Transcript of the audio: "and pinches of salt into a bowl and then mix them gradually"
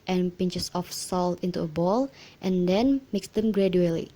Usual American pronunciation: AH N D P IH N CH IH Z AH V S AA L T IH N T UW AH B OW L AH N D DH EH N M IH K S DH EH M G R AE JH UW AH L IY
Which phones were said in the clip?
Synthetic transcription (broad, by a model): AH N P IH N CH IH S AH F S AA L T IH N T UW AH B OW L AH N D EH N M IH K S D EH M G R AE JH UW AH L IY